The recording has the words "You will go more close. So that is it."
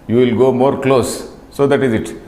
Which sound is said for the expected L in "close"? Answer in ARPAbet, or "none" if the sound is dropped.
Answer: L